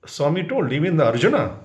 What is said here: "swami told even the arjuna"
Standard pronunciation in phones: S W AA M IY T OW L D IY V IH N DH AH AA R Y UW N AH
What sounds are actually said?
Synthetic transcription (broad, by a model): S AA M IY T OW L IY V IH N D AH R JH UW N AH